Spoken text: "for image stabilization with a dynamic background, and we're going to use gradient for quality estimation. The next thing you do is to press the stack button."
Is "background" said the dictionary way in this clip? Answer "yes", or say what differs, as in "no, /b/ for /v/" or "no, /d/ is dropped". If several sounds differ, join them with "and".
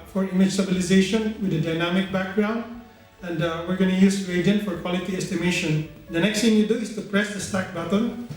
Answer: yes